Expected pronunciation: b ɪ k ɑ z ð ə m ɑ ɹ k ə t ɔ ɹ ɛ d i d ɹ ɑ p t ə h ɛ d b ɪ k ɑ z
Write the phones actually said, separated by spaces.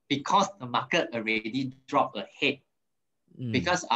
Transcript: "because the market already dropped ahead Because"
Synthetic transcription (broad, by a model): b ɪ k ɑ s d ə m ɑ k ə t ɔ ɹ ɛ d i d ɹ ɑ p ə h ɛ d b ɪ k ɑ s